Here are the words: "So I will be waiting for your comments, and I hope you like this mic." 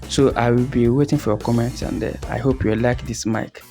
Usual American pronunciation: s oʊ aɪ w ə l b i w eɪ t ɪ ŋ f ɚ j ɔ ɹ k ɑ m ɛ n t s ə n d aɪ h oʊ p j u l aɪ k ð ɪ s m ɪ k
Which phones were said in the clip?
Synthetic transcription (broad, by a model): s oʊ aɪ w ə l b i w eɪ t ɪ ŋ f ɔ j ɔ k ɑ m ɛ n t ə n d aɪ h oʊ p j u l aɪ k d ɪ s m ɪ k